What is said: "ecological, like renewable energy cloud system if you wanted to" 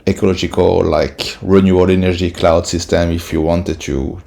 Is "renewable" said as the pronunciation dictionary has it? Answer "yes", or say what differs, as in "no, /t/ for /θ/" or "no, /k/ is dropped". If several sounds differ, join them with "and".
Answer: no, /b/ is dropped